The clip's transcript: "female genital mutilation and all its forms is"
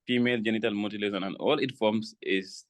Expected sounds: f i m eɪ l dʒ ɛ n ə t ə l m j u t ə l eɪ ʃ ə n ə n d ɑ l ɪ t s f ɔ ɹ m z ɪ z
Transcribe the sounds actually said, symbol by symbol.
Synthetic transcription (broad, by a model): f i m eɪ l dʒ ɛ n ə t ə l m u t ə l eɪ s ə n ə n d ɑ l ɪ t f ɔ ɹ m s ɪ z